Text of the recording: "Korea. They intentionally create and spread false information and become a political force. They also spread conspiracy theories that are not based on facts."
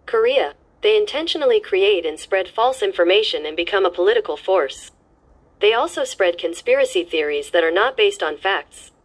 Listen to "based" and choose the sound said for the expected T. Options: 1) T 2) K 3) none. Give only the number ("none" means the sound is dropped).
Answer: 1